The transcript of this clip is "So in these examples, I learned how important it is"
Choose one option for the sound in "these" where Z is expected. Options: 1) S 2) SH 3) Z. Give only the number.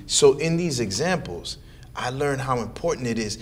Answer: 3